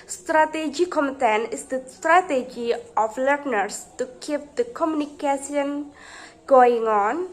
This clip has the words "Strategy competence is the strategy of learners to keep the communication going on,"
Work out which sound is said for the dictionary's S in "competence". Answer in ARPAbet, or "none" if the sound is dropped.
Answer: none